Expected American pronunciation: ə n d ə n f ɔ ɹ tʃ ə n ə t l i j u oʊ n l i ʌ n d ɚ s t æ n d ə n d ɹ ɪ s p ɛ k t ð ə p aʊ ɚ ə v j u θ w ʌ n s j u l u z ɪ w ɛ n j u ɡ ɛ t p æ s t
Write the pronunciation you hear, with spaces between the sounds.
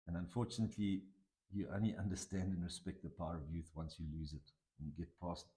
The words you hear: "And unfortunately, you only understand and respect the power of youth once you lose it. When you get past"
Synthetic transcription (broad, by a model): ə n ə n f ɔ ɹ tʃ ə n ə t l i j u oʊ n l i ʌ n d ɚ s t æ n d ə n ɹ ɪ s p ɛ k t ð ə p aʊ ɚ ə v j u θ w ʌ n s j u l u z ɪ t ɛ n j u ɡ ɛ t p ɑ s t